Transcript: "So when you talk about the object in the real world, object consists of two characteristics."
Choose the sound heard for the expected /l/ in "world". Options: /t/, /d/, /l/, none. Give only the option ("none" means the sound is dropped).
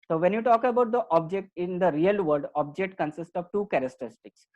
none